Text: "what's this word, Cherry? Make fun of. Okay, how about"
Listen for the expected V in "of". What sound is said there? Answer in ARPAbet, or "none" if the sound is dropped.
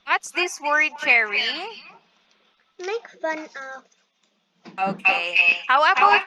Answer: P